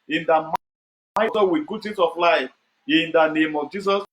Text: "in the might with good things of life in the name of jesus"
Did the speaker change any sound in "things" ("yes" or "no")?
yes